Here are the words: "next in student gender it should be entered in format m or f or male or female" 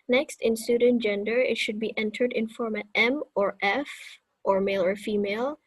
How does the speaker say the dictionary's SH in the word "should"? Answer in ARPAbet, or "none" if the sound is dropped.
SH